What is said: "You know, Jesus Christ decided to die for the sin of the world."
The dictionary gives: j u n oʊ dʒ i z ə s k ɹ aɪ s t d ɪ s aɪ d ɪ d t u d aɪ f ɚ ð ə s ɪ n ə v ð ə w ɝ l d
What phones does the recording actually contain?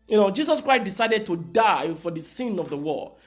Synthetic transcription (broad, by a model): j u n oʊ dʒ i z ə s k ɹ aɪ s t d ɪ s aɪ d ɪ d t u d aɪ f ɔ ð ə s ɪ n ə v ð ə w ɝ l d